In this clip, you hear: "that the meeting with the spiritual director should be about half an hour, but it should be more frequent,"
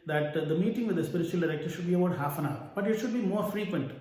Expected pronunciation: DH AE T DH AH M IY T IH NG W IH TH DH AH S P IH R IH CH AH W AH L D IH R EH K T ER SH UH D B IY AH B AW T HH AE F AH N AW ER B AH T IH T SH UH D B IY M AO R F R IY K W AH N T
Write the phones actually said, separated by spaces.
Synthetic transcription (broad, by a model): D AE T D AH M IY T IH NG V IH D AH S P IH R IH CH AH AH L D IH R EH K T ER SH UH D B IY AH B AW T HH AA F AH N AW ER B AH T IH T SH UH D B IY M AO R F R IY K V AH N T